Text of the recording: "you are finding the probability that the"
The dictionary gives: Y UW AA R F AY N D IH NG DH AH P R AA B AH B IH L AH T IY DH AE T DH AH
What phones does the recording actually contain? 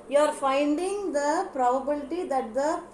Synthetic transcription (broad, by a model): Y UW AA R F AY N D IH NG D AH P R AA B AH B IH L AH T IY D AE T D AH